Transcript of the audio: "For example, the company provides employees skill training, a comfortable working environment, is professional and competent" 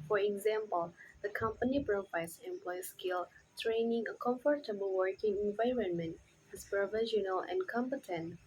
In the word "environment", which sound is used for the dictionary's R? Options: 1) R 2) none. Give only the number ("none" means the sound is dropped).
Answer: 1